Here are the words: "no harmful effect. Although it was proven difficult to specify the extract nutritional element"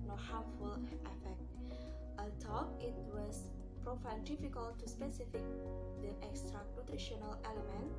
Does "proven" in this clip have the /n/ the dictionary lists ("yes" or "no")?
no